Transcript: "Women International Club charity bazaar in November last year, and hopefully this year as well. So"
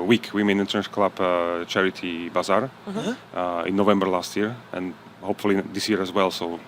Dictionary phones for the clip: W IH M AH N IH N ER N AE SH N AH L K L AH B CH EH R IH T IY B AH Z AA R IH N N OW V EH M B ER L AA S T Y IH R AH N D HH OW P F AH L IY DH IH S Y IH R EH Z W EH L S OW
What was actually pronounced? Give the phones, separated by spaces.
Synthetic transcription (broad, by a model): W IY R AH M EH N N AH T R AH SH K L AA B CH EH R IH T IY B AH Z AA R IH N N OW V EH M B ER L AA S T Y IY R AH N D HH OW P F AH L IY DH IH S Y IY R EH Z W EH L S OW